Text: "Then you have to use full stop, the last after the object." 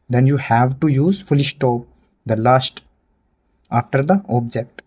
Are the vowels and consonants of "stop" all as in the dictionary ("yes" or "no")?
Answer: no